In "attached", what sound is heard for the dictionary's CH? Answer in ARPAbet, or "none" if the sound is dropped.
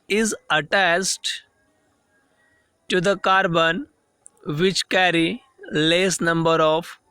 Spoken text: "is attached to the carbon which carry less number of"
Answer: S